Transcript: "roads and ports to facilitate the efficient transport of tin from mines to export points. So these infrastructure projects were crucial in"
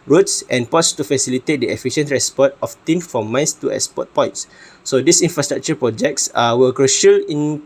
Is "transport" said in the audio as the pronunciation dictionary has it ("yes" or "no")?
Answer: no